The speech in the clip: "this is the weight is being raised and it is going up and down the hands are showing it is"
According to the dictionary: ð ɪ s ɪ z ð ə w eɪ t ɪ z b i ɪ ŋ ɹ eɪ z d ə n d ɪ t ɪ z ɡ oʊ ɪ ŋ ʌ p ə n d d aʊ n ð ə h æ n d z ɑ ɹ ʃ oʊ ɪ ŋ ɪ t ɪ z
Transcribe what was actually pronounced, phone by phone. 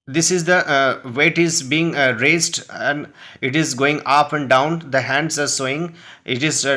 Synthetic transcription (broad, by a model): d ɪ s ɪ z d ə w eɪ t ɪ z b i ɪ ŋ ɹ eɪ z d ə n d ɪ t ɪ z ɡ oʊ ɪ ŋ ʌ p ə n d d aʊ n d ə h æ n d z ɑ ɹ s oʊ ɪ ŋ ɪ t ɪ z